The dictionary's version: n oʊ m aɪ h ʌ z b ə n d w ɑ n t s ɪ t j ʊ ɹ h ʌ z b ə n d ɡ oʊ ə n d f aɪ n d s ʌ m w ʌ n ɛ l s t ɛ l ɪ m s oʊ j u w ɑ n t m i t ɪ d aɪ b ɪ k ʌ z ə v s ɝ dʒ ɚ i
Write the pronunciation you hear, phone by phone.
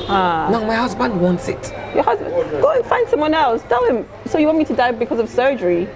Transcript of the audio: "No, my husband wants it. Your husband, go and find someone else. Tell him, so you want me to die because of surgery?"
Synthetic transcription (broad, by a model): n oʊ m aɪ h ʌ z b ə n d w ɑ n t s ɪ t j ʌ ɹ h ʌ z b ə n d ɡ oʊ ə n f aɪ n d s ʌ m w ʌ n ɛ l s t ɛ l ɪ m s oʊ j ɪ w ɑ n t m i t ɪ d aɪ b ɪ k ʌ z ə v s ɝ dʒ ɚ i